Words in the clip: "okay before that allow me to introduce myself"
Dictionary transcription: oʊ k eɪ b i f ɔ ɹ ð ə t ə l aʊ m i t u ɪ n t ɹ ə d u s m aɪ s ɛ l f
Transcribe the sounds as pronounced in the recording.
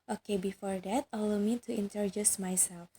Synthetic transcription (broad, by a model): oʊ k eɪ b i f ɔ ɹ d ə t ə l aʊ m i t u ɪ n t ə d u s m aɪ s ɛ l f